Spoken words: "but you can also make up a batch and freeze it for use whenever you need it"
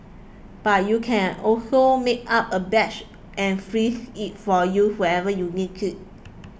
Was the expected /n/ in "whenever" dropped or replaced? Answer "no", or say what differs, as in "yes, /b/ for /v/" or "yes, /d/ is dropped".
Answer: yes, /n/ is dropped